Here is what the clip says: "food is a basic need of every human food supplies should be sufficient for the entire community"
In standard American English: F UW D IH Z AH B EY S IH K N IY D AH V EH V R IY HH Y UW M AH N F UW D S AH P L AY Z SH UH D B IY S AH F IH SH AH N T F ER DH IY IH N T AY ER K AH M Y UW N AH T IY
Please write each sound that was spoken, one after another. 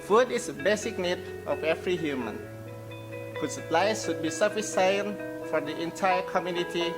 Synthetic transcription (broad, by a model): F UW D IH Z AH B EY S IH K N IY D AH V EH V R IY HH Y UW M AH N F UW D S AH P L AY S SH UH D B IY S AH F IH S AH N F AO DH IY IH N T AY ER K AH M Y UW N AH T IY